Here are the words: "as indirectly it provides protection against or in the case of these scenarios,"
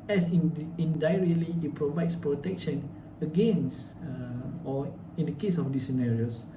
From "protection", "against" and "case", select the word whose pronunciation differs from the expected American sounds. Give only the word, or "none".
against